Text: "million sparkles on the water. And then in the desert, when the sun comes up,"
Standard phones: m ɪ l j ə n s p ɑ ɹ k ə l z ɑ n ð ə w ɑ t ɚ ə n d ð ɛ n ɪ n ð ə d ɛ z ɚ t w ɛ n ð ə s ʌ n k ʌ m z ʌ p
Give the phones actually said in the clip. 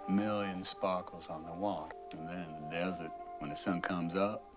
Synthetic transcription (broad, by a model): m ɪ l j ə n s p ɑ ɹ k l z n ð ə w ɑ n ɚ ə n ð ɪ n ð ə d ɛ z ɚ t w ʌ n ð ə s ʌ n k ʌ m z ʌ p